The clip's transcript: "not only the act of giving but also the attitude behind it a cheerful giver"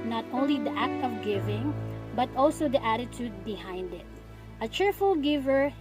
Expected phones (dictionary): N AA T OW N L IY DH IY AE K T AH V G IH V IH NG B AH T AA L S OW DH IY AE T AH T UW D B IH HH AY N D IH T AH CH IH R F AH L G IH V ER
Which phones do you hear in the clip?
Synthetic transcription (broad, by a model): N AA T OW N L IY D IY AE K T AH V G IH V IH NG B AH T AA L S OW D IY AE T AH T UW D B IH HH AY N D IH T AH CH IH R F AH L G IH V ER